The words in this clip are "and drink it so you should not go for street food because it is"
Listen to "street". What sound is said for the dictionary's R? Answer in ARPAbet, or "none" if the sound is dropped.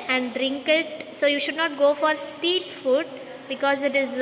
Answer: none